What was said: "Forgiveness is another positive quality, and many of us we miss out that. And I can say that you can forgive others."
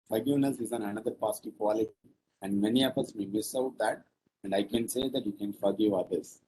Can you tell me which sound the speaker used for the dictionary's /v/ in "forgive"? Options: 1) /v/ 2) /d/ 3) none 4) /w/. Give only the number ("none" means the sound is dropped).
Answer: 1